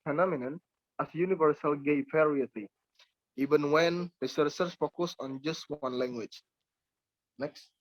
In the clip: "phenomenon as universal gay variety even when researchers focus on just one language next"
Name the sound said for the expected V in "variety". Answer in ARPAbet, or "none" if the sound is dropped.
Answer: P